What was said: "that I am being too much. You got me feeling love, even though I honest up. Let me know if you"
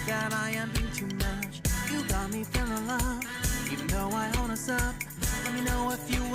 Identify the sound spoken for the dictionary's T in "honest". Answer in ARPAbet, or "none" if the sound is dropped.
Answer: none